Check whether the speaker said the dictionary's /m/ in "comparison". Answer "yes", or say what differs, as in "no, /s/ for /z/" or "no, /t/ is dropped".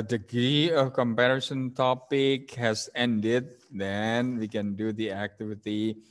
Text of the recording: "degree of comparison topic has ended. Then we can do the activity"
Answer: yes